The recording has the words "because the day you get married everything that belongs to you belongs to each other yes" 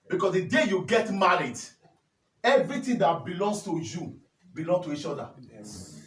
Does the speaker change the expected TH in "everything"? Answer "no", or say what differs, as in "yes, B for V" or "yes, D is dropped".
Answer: yes, T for TH